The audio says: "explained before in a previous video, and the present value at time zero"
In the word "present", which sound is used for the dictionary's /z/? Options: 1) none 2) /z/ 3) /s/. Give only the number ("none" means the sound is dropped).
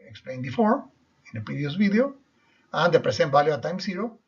3